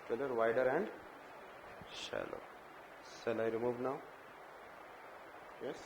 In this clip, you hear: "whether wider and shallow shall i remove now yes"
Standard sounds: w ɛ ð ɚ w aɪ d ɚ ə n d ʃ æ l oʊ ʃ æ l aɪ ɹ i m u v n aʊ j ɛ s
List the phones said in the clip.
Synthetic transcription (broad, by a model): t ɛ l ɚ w aɪ d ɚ ə n d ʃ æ l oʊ s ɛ l aɪ ɹ i m u v n aʊ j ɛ s